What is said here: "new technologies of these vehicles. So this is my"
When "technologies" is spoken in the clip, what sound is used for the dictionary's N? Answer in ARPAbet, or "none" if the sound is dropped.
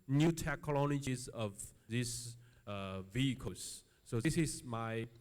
L